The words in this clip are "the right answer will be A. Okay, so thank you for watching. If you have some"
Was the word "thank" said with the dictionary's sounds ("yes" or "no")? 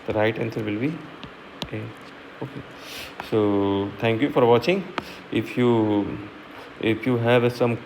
no